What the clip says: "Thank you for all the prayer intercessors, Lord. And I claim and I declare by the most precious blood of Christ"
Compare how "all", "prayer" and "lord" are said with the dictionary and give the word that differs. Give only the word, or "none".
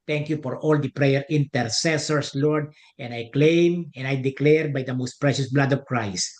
none